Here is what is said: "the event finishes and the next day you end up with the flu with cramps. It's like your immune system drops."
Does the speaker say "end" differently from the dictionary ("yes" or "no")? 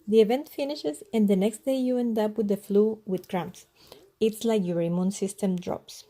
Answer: no